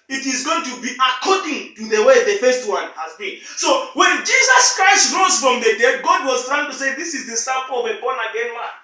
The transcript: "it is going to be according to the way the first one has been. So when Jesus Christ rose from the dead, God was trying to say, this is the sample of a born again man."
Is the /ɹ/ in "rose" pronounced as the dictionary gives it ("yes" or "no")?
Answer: yes